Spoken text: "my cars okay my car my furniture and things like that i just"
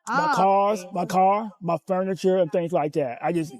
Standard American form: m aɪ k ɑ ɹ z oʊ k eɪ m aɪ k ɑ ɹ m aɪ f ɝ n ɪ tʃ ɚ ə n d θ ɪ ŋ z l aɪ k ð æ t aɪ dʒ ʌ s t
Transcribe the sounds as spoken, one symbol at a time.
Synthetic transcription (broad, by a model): m aɪ k ɑ ɹ z m aɪ k ɑ ɹ m aɪ f ɝ n ɪ tʃ ɚ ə n θ ɪ ŋ z l aɪ k ð æ t aɪ dʒ ʌ s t